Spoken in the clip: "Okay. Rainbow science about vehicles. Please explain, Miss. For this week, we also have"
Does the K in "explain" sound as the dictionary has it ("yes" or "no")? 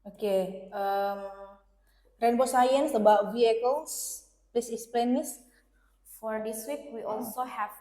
no